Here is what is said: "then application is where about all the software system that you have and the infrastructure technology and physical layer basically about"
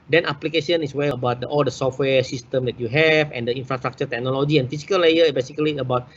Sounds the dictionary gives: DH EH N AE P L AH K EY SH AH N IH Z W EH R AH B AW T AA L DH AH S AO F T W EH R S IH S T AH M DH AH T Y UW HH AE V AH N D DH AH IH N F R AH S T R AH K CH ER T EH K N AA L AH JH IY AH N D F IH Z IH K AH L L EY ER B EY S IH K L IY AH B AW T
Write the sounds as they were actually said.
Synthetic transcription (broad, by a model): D EH N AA P L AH K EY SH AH N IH S W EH L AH B AW T AA L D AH S AO F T W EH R S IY S T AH M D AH T Y UW HH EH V AH N D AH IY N F R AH S T R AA K CH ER T EH K N AA L AH JH IY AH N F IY S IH K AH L L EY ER B EY S IH K L IY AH B AW T